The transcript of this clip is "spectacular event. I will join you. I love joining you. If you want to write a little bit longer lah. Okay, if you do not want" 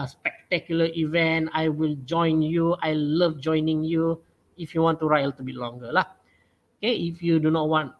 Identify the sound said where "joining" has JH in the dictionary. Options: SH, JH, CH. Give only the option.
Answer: JH